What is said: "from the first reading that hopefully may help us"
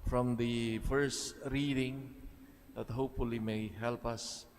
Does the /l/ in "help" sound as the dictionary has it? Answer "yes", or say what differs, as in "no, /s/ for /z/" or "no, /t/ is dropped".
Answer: yes